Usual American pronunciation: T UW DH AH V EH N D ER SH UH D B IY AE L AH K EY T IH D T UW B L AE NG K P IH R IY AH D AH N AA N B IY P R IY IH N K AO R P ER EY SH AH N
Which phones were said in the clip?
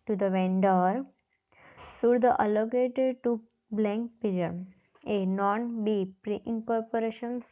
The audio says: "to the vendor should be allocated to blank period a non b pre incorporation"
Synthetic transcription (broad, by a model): T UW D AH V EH N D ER S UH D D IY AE L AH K EY T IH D T UW B L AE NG K P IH R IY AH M AH N AA N B IY P R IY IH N K AO R P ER EY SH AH N